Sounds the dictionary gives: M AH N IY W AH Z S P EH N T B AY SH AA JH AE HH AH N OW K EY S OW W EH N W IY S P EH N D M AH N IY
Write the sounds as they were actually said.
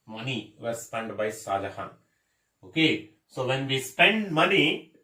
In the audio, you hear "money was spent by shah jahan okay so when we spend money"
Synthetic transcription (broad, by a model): M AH N IY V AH S P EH N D B AY S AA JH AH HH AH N OW K EY S OW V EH N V IY S P EH N D M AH N IY